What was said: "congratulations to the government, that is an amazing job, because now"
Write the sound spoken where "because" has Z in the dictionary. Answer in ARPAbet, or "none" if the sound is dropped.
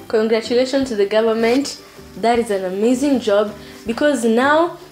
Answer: Z